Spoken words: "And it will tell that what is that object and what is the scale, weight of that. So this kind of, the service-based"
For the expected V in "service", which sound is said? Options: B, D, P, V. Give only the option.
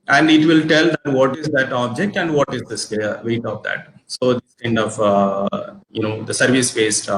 V